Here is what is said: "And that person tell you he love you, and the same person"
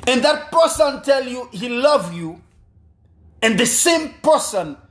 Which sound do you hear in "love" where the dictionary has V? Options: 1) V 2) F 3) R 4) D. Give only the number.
1